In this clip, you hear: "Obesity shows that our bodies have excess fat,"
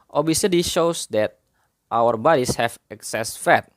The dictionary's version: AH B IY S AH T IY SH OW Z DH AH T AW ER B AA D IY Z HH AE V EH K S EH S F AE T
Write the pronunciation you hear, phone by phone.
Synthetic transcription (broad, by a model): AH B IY S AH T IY SH OW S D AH T AW ER B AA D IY S HH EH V EH K S EH S F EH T